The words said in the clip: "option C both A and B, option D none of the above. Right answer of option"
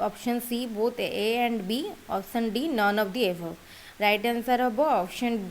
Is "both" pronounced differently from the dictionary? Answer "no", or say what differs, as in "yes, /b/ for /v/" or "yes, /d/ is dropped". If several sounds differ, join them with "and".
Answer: yes, /t/ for /θ/